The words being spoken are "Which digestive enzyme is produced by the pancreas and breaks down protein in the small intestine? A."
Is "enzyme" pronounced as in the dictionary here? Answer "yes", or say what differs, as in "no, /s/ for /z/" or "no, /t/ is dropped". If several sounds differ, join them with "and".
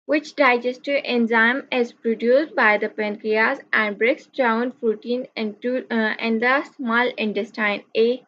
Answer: yes